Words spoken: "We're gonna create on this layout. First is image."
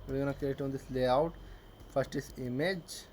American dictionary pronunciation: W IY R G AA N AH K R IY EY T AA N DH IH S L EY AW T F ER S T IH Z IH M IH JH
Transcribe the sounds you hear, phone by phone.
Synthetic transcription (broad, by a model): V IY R G AA N AH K IY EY T AA N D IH S L EY AW T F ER S T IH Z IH M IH JH